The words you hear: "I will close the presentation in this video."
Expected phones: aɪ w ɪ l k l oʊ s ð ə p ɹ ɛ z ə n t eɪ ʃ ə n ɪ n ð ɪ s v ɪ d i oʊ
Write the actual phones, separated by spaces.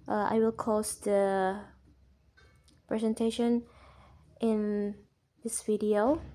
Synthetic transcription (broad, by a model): aɪ w ɪ l k oʊ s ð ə p ɹ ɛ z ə n t eɪ ʃ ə n ɪ n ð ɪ s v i d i oʊ